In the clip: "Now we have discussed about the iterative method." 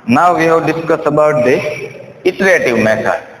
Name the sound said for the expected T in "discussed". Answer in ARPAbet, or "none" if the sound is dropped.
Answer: none